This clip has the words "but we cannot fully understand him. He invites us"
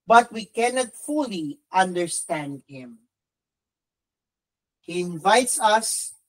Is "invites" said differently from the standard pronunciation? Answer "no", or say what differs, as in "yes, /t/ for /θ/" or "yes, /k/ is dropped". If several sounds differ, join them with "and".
no